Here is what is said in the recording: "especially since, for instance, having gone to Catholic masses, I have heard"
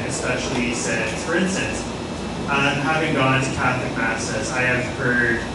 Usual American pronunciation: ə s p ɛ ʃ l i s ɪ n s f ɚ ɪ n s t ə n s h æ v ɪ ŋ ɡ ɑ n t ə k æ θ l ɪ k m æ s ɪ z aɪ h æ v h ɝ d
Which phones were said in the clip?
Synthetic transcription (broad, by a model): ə s p ɛ ʃ l i s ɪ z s f ɚ ɪ n s t ə n s h æ v ɪ ŋ ɡ ɑ n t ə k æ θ l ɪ k m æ s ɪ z aɪ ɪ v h ɝ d